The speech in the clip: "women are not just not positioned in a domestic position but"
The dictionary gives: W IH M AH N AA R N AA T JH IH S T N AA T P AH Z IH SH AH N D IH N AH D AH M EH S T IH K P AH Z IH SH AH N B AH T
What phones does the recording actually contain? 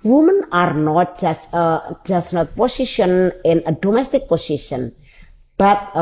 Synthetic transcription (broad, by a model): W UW M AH N AA R N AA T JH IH S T N AA T P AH S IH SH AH N IH N AH D AH M EH S T IH K P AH S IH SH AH N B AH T